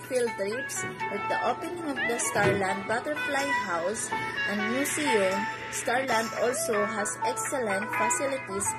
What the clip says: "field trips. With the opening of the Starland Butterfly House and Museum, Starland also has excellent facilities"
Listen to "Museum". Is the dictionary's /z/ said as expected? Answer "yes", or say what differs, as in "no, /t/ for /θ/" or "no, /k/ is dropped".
no, /s/ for /z/